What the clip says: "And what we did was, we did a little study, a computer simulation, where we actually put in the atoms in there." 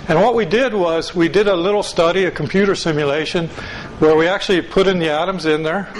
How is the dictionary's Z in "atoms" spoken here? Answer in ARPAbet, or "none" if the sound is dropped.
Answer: Z